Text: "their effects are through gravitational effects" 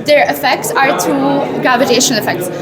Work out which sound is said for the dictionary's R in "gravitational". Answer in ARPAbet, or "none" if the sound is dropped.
none